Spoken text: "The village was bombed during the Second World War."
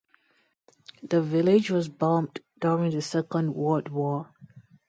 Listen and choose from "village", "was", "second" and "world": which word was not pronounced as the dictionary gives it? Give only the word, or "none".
world